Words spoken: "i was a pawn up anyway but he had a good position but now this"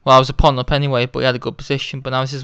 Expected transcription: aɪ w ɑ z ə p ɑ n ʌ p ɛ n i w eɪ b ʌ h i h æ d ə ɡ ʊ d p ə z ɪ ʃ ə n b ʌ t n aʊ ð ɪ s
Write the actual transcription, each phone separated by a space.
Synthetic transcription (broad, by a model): aɪ w ɑ z ə p ɑ n ʌ p ɛ n i w eɪ b ʌ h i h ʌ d ə ɡ ʊ d p ə z ɪ ʃ ə n b ʌ t n aʊ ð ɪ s